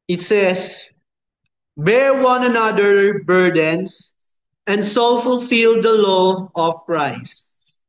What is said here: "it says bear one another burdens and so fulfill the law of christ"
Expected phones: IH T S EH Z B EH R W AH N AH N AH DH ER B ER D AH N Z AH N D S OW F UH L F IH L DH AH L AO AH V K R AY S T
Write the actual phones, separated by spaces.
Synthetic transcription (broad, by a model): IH T S EH S B EH R W AH N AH N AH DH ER B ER D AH N S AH N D S OW F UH L F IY L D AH L AO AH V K R AY S T